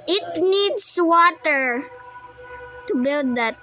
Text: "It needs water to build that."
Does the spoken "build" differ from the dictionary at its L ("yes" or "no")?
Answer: no